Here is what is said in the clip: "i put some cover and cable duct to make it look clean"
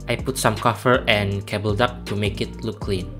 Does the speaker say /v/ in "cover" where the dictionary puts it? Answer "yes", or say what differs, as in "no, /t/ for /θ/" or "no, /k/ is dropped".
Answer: no, /f/ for /v/